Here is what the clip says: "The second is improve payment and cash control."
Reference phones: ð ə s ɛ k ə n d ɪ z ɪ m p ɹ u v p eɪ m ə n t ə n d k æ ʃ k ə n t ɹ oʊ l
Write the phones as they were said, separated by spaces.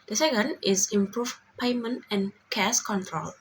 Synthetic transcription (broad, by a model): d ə s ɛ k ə n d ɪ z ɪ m p ɹ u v p eɪ m ə n t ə n k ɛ s k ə n t ɹ oʊ l